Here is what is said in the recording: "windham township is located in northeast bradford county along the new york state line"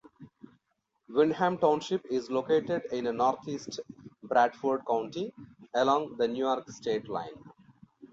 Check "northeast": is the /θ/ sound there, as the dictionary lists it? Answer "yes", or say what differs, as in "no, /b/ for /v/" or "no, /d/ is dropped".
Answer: no, /t/ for /θ/